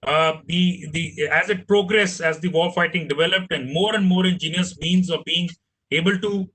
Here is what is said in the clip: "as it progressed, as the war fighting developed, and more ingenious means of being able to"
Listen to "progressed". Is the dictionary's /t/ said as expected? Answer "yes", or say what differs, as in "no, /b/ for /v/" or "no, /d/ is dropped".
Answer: no, /t/ is dropped